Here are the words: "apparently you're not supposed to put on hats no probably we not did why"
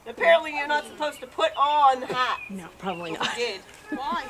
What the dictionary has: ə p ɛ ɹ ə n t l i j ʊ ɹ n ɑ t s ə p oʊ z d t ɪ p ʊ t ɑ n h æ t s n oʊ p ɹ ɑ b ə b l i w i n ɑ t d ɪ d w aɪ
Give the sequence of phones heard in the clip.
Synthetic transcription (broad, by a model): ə p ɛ ɹ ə n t l i j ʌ ɹ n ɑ t s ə p oʊ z t ɪ p ʊ t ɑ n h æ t n oʊ p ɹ ɑ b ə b l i i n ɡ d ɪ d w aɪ